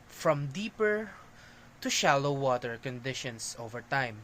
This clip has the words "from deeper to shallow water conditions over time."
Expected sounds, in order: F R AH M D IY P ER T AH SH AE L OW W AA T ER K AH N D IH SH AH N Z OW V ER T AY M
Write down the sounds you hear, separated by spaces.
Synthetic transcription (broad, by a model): F R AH M D IY P ER T AH SH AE L OW W AA T ER K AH N D IH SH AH N S OW V ER T AY M